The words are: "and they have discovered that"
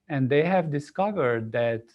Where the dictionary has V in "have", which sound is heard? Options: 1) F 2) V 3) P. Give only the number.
2